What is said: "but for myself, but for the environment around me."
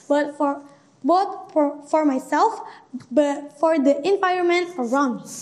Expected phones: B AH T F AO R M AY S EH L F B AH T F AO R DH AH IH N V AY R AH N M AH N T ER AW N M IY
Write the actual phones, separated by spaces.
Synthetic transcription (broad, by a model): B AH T F AO R M AY S EH L F B AH T F AO R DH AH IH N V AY AH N M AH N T ER AW N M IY